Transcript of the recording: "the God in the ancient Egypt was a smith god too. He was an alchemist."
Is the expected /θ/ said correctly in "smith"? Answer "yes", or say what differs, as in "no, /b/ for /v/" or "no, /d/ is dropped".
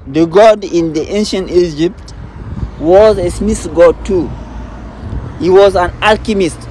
no, /s/ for /θ/